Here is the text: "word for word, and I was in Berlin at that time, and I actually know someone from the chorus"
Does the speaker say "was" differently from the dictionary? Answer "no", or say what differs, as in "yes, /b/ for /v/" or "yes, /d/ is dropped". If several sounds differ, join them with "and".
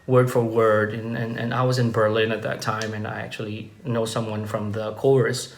no